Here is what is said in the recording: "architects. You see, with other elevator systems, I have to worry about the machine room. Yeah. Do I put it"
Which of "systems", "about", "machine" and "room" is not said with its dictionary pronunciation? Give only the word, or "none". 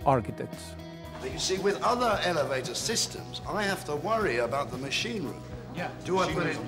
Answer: none